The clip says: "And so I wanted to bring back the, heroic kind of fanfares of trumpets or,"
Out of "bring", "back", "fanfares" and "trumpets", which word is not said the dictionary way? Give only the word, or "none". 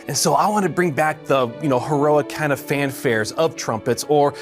none